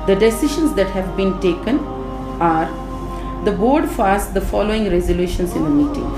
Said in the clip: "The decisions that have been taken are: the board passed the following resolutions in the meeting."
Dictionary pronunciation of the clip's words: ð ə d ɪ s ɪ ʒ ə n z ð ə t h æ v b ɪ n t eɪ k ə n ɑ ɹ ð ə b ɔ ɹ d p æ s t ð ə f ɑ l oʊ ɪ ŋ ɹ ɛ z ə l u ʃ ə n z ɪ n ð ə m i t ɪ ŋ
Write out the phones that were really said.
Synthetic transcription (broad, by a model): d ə d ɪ s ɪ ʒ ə n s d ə t h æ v b ɪ n t eɪ k ə n ɑ ɹ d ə b ɔ ɹ d f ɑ s t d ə f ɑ l oʊ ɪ ŋ ɹ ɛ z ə l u ʃ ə n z ɪ n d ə m i t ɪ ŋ